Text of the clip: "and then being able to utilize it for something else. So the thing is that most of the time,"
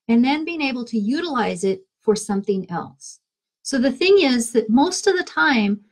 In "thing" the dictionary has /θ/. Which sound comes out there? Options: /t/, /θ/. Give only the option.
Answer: /θ/